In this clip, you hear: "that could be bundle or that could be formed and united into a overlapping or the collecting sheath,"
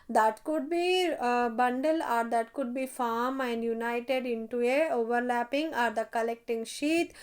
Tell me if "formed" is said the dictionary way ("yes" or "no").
no